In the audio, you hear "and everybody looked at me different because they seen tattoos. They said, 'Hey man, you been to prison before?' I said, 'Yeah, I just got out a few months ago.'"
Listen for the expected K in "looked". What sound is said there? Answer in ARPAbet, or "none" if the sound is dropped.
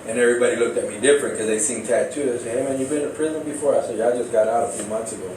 K